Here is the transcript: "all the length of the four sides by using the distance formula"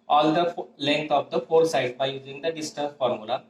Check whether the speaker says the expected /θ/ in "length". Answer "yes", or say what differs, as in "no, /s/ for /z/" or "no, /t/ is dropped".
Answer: no, /t/ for /θ/